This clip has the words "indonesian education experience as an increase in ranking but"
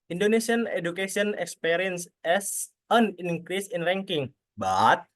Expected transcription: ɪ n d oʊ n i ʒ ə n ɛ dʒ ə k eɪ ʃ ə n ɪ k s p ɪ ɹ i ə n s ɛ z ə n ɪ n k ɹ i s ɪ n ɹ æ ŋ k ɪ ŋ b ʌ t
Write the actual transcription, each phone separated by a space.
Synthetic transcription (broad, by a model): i n d oʊ n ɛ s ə n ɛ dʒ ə k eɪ s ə n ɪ k s p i ɹ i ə n s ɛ s ə n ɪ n k ɹ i s ɪ n ɹ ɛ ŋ k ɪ ŋ b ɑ t